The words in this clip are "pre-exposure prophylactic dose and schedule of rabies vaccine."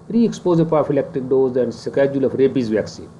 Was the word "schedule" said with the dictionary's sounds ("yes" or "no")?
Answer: yes